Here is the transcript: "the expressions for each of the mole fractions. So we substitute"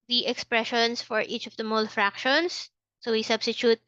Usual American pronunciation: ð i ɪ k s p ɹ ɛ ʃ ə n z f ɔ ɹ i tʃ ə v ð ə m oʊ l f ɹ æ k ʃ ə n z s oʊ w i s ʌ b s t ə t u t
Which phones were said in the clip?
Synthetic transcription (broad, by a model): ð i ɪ k s p ɹ ɛ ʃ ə n s f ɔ ɹ i tʃ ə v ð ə m oʊ l f ɹ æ k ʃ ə n s oʊ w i s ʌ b s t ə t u t